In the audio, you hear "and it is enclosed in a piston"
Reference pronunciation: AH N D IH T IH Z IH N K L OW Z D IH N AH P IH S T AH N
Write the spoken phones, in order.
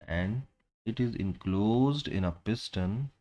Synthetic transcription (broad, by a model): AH N D IH T IH Z IH N K L OW Z D IH N AH P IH S T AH N